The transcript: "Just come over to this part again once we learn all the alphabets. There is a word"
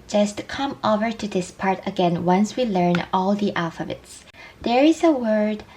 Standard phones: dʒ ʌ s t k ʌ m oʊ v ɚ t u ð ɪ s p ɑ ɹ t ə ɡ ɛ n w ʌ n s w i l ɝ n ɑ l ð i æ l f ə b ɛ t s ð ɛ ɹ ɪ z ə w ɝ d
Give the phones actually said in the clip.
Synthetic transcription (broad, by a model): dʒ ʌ s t k ʌ m oʊ v ɚ t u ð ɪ s p ɑ ɹ t ə ɡ ɛ n w ʌ n s w i l ɝ n ɑ l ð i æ l f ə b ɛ t s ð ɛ ɹ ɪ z ə w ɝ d